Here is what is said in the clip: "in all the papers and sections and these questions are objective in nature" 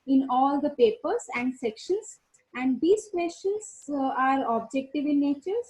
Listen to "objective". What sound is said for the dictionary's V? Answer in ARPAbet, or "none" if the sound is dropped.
V